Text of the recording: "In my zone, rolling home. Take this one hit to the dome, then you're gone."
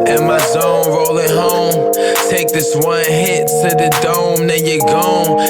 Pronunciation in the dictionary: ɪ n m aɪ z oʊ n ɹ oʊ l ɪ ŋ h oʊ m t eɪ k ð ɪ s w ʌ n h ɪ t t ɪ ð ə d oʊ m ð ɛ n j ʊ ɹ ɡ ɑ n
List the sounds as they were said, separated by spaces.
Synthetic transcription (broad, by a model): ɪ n m aɪ z oʊ n ɹ oʊ l ɪ ŋ h oʊ m t eɪ k ð ɪ s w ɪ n h ɪ t s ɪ ð ə d oʊ m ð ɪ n j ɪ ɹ ɡ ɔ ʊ